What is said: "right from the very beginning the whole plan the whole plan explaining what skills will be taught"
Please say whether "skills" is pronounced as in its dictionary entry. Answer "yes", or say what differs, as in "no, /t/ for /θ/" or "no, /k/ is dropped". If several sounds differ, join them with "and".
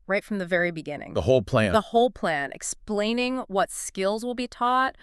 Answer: yes